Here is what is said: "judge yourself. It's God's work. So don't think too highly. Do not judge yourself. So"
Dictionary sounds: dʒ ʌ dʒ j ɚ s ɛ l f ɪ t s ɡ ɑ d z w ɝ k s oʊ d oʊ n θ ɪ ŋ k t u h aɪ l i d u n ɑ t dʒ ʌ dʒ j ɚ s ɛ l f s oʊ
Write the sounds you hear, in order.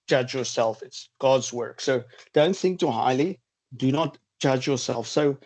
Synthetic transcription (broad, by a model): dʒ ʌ dʒ j ɚ s ɛ l f ɪ t s ɡ ɑ d z w ɝ k s oʊ d oʊ n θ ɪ ŋ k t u h aɪ l i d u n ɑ t dʒ ʌ dʒ j ɚ s ɛ l f s oʊ